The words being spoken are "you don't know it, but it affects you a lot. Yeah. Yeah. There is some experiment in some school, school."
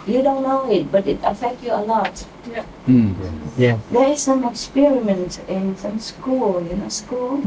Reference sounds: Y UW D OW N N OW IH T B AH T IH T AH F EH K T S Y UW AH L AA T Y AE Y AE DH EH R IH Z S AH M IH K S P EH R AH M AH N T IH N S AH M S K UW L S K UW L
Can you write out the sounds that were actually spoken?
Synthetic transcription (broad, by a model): Y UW D OW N N OW IH T B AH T IH T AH F EH K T Y UW AH L AA T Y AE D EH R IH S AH M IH K S P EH R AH M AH N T IH N S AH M S K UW L S K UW L